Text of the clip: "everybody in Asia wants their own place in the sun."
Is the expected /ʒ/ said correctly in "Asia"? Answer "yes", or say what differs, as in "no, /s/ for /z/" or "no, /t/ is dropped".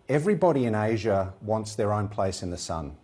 yes